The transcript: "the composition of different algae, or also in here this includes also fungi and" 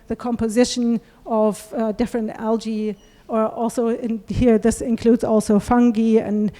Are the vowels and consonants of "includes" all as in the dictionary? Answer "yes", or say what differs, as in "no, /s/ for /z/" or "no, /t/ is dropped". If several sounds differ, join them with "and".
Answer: yes